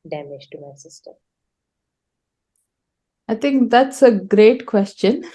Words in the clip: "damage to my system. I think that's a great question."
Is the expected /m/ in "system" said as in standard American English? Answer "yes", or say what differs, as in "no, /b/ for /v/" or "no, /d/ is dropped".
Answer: no, /m/ is dropped